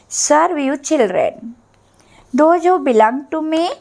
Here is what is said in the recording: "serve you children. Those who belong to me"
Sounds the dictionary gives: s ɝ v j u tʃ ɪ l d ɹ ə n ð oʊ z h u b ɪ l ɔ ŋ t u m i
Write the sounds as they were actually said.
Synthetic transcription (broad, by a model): s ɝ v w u tʃ ɪ l d ɹ ə n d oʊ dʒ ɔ b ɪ l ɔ ŋ t u m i